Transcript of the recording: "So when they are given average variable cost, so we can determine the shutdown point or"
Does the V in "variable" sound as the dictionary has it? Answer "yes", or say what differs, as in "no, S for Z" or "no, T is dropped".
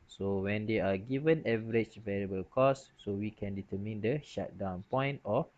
yes